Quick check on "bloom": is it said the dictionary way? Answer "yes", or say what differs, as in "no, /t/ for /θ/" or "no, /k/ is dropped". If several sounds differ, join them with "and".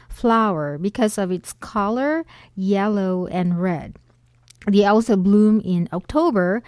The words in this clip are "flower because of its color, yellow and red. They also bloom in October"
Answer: yes